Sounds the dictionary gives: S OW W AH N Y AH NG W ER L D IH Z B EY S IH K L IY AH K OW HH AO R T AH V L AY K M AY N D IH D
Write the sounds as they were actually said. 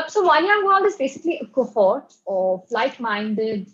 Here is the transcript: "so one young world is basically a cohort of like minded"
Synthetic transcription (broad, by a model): S OW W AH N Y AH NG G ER N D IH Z B EY S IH K L IY AH K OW HH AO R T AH F L AY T M AY N D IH D